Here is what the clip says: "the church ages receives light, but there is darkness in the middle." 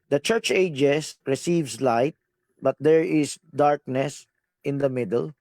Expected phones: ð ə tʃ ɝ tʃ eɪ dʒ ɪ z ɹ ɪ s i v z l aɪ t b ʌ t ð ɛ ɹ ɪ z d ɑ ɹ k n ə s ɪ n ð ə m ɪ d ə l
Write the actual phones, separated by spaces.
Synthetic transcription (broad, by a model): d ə tʃ ɝ tʃ eɪ dʒ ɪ s ɹ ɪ s i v s l aɪ t b ʌ t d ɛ ɹ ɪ s d ɑ ɹ k n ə s ɪ n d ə m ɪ d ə l